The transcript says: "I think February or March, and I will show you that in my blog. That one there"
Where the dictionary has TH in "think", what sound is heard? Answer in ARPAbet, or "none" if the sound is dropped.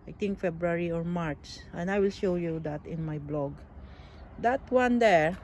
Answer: T